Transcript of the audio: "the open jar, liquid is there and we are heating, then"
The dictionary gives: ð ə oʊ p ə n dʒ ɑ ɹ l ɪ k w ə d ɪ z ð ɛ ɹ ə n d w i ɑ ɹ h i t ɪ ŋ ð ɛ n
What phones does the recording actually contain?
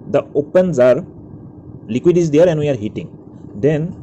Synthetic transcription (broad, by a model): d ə oʊ p ə n z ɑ ɹ l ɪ k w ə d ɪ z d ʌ ɹ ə n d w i ɑ ɹ h i t ɪ ŋ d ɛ n